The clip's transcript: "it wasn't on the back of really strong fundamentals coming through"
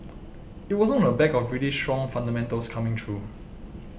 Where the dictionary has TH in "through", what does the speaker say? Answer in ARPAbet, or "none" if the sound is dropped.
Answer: T